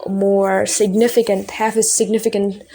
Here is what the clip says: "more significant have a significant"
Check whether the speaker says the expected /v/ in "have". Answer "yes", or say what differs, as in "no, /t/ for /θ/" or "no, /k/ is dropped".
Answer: no, /f/ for /v/